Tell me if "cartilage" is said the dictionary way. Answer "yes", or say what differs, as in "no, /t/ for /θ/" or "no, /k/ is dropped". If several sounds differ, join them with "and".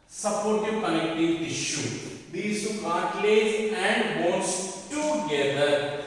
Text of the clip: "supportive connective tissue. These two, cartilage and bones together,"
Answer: no, /z/ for /dʒ/